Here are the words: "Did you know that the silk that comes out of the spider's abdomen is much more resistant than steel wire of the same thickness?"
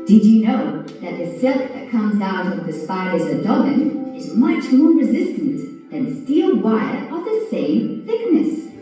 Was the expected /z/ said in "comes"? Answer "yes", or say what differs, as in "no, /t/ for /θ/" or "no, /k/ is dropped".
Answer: yes